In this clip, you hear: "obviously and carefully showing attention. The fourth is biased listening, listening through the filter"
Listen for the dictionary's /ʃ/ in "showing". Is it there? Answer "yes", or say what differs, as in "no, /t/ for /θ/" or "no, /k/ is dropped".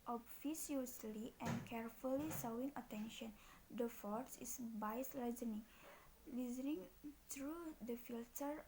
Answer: no, /s/ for /ʃ/